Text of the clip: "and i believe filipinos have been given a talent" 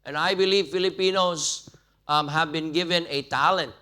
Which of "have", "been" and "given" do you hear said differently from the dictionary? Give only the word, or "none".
none